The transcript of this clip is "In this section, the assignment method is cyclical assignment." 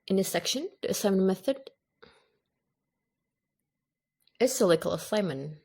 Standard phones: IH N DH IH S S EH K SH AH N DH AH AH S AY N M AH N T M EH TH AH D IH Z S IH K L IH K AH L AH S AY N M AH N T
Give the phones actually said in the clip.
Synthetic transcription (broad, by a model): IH N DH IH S S EH K SH AH N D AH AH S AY M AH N M EH TH AH D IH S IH L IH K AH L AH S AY M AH N